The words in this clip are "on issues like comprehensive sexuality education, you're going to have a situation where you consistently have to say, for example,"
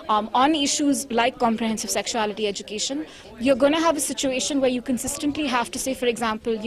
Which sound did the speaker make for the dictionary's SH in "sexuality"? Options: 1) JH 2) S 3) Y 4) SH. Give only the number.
4